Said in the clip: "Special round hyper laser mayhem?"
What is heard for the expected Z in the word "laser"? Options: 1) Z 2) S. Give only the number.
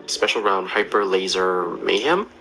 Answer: 1